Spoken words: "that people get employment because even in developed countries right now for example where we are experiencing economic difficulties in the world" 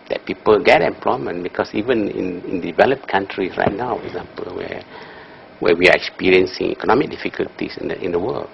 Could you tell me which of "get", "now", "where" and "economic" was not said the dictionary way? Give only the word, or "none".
where